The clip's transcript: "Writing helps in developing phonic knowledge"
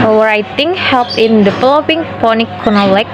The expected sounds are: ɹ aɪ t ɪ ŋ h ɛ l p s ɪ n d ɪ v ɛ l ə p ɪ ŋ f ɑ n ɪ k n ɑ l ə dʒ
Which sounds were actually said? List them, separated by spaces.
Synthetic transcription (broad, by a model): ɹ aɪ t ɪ ŋ h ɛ l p ɪ n d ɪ f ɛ l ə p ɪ ŋ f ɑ n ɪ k n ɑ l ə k